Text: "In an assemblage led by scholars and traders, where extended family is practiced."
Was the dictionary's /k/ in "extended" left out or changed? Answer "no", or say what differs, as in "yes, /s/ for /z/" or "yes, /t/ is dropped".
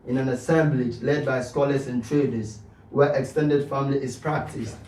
no